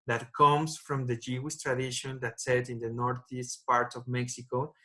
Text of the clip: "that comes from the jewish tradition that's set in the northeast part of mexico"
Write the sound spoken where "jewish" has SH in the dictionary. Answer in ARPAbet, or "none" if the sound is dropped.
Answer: S